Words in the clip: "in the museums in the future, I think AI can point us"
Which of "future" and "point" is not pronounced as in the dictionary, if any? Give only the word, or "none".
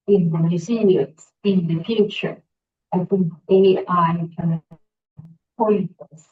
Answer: point